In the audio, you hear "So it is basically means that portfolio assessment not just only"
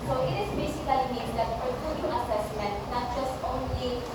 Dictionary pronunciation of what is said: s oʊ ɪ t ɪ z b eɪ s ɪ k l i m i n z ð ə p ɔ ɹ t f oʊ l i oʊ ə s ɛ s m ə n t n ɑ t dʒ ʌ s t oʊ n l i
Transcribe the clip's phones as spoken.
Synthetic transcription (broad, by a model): s oʊ ɪ t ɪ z b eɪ s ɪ k l i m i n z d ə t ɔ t oʊ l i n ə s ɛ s m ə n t n ɑ t dʒ ʌ s t oʊ n l i